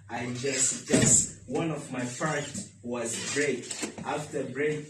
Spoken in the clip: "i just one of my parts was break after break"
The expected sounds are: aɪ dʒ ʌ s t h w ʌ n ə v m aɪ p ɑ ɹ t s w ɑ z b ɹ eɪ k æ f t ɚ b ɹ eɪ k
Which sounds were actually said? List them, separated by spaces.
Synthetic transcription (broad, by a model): aɪ dʒ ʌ s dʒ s w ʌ n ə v m aɪ f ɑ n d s w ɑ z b ɹ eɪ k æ f t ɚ b ɹ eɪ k